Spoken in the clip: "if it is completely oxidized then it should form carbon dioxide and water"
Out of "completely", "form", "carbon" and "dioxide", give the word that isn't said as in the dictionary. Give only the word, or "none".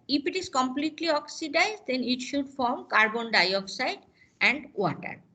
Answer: none